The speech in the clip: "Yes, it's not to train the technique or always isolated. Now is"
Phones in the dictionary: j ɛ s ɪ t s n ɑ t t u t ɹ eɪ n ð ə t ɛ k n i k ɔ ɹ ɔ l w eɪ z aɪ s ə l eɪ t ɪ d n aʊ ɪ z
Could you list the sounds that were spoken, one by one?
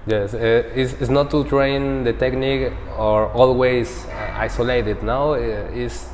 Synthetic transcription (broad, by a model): j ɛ s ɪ s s n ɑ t t u t ɹ eɪ n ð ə t ɛ k n i k ɔ ɹ ɔ l w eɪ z aɪ s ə l eɪ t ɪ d n aʊ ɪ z